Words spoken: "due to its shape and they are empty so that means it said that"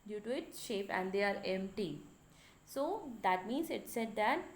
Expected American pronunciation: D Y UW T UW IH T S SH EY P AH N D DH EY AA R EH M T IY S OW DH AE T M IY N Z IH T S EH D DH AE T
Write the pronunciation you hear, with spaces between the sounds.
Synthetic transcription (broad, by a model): D Y UW T UW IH T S SH EY P AH N D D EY AA R EH M T IY S OW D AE T M IY N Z IH T S EH D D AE T